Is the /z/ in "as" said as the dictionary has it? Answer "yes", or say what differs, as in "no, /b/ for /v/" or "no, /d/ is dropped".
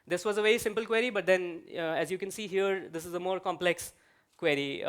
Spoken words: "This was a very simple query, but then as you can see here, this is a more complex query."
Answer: yes